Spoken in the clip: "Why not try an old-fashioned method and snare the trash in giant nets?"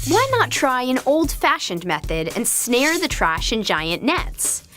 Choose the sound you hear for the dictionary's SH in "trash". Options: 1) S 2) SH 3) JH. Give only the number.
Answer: 2